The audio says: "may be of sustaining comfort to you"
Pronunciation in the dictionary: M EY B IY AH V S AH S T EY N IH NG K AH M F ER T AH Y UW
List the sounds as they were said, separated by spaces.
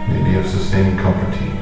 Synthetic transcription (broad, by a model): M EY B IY AH V S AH S T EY IH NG K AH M P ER T AH